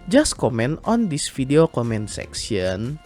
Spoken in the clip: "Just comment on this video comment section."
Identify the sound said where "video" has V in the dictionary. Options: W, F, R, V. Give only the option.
F